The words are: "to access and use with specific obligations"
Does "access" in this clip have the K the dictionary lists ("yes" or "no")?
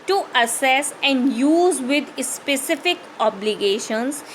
no